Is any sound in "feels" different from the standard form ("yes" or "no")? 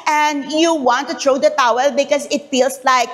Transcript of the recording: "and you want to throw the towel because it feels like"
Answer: yes